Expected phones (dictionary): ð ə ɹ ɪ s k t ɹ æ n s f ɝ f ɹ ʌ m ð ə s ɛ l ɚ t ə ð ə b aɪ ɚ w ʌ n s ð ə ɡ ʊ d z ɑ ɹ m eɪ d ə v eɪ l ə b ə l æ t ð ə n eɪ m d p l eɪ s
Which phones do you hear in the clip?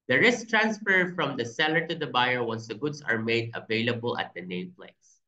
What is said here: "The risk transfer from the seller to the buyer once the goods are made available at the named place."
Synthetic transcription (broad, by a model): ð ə ɹ ɪ s k t ɹ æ n s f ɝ f ɹ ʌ m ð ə s ɛ l ɚ t ə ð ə b aɪ ɚ w ʌ n s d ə ɡ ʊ d s ɑ ɹ m eɪ d ə v eɪ l ə b ə l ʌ t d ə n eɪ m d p l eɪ s